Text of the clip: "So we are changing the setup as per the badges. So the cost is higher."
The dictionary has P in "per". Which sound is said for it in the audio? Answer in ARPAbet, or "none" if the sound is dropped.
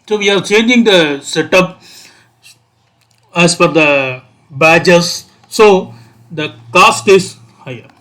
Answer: F